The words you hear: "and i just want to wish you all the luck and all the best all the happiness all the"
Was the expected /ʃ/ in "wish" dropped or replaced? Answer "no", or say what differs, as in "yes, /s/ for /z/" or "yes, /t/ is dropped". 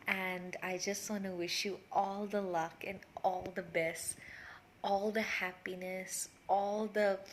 no